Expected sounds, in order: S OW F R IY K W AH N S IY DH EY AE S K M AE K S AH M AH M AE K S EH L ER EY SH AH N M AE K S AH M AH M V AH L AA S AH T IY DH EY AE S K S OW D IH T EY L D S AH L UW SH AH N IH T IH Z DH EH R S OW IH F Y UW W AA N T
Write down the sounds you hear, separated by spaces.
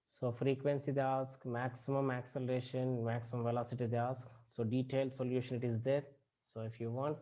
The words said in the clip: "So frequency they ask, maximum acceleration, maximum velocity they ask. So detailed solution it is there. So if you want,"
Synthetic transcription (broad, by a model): S OW F R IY K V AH N S IY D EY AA S K M AE K S AH M AH M AE K S EH L ER EY SH AH N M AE K S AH M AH M V AH L AA S AH T IY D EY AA S K S OW D IH T EY L D S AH L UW SH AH N IH T IH Z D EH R S OW IH F Y UW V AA N T